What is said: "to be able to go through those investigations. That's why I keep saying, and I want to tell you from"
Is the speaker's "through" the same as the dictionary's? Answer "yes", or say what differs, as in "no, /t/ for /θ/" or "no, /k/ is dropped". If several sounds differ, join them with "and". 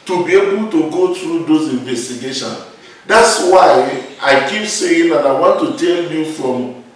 no, /t/ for /θ/